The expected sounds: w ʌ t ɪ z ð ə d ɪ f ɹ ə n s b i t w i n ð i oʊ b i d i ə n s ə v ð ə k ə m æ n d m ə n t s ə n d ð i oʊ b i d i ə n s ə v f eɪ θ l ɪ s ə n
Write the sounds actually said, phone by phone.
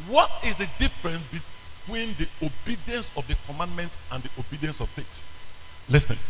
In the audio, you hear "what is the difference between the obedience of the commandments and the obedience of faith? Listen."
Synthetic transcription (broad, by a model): w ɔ t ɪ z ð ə d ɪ f ɹ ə n s b i t w i n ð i oʊ b i d i ə n s ə v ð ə k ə m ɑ n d m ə n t s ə n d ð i oʊ b i d i ə n s ə v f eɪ t l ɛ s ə